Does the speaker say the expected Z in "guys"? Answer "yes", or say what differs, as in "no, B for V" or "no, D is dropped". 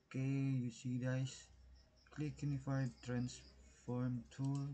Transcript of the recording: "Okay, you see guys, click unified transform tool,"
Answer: no, S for Z